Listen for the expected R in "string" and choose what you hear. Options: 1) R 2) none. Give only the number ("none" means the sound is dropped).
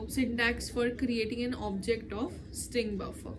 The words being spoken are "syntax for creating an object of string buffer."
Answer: 1